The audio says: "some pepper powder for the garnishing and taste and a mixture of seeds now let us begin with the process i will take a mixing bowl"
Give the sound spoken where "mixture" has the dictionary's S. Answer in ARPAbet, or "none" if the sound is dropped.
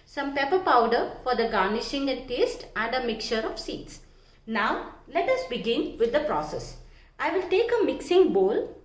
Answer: none